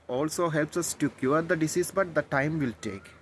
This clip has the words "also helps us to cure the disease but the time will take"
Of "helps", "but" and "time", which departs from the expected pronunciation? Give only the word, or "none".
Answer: none